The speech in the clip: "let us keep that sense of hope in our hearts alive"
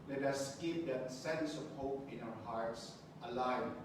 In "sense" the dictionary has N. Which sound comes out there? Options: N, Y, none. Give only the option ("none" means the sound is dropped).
N